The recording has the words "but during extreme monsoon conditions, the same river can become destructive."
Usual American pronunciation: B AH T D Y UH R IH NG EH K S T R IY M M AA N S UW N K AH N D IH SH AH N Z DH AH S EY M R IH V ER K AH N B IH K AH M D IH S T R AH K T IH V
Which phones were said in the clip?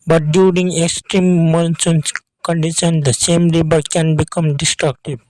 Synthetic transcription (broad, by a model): B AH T D Y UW R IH NG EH K S T R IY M M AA N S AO N K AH N D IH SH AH N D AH S EY M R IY B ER K AH N B IH K AH M D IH S T R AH K T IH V